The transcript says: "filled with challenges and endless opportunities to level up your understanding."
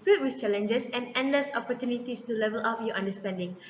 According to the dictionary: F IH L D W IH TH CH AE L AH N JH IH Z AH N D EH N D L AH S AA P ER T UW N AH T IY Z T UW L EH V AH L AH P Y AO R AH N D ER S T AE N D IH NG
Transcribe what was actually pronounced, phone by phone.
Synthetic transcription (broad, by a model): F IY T W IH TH CH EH L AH N JH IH S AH N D EH N D L AH S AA P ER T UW N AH T IY S T UW L EH V AH L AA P Y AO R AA N D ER S T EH N D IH NG